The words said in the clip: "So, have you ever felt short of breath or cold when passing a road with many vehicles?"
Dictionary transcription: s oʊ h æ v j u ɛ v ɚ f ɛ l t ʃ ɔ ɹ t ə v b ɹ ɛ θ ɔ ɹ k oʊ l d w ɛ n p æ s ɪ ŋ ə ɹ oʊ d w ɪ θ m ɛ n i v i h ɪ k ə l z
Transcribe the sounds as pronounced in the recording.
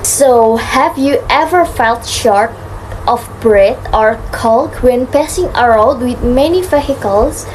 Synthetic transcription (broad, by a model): s oʊ h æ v j u ɛ v ɚ f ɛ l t ʃ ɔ ɹ t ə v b ɹ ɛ t ɔ ɹ k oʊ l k w ɛ n p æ s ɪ ŋ ə ɹ oʊ d w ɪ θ m ɛ n i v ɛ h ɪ k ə l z